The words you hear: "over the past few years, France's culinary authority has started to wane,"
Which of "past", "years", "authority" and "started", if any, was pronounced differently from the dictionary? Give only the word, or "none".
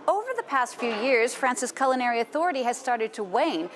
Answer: none